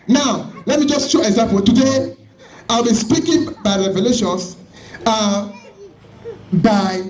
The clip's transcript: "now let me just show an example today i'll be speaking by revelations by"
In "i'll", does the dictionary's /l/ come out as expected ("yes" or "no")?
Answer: yes